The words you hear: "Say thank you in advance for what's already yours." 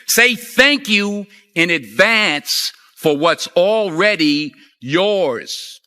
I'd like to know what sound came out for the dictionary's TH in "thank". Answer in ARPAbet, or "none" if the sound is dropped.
TH